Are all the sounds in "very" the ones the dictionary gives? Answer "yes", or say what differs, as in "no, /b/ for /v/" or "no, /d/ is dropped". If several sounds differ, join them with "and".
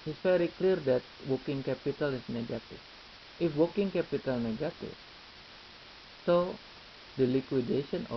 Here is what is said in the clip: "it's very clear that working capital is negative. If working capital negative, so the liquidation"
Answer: no, /f/ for /v/